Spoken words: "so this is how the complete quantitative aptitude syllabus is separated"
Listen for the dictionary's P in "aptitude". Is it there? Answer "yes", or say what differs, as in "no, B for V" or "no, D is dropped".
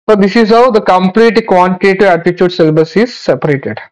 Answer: no, P is dropped